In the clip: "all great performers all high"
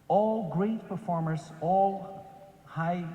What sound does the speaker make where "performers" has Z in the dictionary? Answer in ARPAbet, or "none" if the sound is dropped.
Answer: S